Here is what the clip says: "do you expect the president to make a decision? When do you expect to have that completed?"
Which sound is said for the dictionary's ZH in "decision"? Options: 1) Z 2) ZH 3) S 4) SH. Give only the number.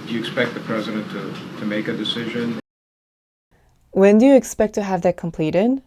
2